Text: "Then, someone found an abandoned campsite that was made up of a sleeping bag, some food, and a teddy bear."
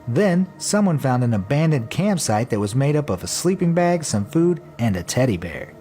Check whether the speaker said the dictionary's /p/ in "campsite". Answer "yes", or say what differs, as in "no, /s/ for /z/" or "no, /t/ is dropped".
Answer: yes